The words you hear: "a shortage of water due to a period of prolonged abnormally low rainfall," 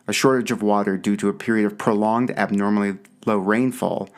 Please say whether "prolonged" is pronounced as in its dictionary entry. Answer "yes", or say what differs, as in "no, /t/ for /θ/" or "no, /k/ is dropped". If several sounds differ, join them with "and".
yes